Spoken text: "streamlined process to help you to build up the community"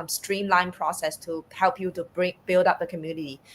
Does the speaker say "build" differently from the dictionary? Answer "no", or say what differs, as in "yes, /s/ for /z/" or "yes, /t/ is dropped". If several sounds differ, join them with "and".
no